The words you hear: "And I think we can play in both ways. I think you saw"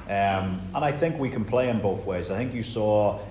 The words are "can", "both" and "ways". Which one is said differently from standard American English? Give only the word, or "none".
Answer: none